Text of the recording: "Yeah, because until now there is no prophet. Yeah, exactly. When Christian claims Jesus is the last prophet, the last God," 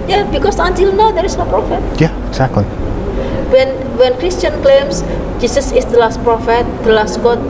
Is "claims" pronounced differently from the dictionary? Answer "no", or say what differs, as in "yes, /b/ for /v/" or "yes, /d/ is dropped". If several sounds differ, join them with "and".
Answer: yes, /s/ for /z/